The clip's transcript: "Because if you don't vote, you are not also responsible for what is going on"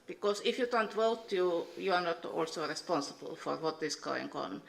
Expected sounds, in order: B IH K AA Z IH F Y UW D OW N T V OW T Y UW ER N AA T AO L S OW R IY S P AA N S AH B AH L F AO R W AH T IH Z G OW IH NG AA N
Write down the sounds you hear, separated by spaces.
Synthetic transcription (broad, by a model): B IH K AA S IH F Y UW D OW N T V OW T Y UW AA N AA T AO L S OW R IY S P AA N S AH B AH L F AO R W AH T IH S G OW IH NG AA N